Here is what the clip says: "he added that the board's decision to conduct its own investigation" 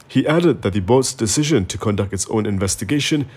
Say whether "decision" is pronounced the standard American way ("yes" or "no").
yes